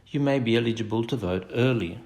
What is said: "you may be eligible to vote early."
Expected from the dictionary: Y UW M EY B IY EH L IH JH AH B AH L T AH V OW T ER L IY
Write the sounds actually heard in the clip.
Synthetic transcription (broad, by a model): Y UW M EY B IY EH L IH JH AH B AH L T AH V OW T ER L IY